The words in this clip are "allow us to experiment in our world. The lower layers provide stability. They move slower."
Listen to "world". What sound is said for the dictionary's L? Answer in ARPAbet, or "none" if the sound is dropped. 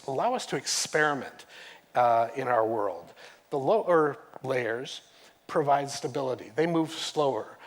L